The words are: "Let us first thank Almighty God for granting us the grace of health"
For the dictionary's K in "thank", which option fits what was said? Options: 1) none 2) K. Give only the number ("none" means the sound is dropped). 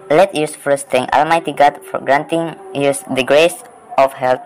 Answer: 1